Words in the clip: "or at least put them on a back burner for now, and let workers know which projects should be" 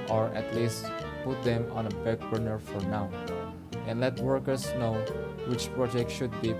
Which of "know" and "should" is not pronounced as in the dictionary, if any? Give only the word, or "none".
none